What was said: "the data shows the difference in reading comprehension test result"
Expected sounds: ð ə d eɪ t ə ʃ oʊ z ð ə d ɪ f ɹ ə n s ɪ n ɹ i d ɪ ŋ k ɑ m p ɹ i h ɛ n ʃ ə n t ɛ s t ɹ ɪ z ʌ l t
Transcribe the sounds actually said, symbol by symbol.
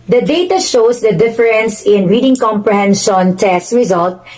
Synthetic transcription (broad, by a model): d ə d eɪ t ə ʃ oʊ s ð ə d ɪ f ɹ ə n s ɪ n ɹ i d ɪ ŋ k ɑ m p ɹ i h ɛ n ʃ ə n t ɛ s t ɹ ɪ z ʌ l t